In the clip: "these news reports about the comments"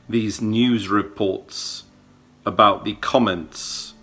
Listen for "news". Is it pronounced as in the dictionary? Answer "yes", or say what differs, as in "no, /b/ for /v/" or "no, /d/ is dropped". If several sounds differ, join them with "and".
yes